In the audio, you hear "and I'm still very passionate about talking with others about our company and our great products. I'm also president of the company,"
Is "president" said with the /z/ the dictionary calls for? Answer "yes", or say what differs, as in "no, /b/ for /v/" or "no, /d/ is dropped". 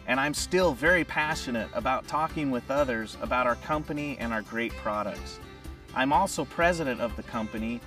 yes